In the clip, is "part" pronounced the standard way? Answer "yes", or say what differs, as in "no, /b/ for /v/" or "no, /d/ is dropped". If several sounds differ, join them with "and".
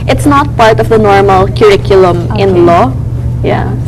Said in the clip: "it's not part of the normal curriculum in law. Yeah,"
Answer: yes